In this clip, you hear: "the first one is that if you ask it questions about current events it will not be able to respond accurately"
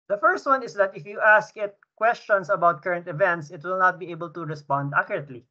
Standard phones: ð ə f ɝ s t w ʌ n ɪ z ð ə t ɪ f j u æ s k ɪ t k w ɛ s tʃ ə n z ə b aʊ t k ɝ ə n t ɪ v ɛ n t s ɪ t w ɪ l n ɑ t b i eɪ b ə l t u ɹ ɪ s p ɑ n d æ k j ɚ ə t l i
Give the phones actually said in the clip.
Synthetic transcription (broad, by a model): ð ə f ɝ s t w ʌ n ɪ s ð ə t ɪ f j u æ s k ɪ t k w ɛ s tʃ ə n s ə b aʊ t k ɝ ə n t ɪ v ɛ n t s ɪ t w ɪ l n ɑ t b i eɪ b ə l t u ɹ ɪ s p ɑ n d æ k j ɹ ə t l i